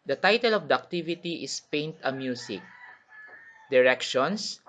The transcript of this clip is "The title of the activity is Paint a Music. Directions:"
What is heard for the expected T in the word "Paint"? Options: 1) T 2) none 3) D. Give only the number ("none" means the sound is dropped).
1